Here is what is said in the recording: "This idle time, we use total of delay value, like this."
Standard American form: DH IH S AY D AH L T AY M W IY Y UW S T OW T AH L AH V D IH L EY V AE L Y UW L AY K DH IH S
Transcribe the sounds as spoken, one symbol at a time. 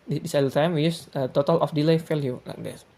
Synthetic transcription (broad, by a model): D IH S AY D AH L T AY M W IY Y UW S T OW T AH L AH F D IH L EY F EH L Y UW L AY K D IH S